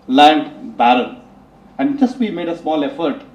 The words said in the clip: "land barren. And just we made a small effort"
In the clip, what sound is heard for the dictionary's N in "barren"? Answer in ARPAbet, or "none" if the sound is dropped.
L